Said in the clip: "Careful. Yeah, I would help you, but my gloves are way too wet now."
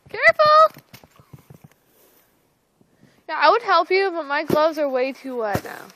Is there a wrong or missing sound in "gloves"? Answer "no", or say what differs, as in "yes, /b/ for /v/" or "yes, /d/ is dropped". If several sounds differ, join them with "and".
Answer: no